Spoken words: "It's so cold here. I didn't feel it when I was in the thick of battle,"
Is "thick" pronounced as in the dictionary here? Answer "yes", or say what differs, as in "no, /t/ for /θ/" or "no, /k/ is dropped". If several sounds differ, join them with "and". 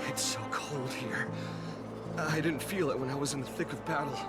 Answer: yes